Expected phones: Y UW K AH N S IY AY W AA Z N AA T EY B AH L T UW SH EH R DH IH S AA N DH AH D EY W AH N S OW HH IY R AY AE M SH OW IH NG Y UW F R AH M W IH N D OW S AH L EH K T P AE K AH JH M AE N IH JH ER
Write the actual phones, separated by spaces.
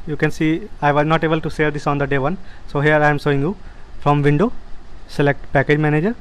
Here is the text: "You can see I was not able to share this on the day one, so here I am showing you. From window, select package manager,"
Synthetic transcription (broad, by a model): Y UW K AH N S IY AY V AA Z N AA T EY B AH L T UW S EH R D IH S AA N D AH D EY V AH N S OW HH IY R AY M S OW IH NG Y UW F R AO M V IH N D OW S AH L EH K T P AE K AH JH M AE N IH JH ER